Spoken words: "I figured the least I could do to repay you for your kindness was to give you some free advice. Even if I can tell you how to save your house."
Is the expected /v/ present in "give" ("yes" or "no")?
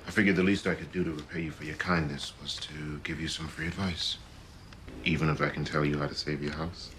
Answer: yes